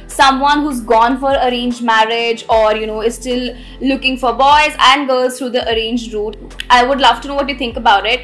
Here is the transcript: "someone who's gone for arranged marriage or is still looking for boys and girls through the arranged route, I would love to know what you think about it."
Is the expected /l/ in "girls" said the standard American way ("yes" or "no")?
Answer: no